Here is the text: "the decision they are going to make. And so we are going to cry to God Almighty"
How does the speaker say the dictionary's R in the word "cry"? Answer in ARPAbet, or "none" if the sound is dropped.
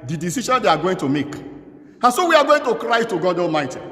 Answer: R